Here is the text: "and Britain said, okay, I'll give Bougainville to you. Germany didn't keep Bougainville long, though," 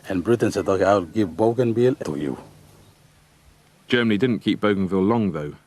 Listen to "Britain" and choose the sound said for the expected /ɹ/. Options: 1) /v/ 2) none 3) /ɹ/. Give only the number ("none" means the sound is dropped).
3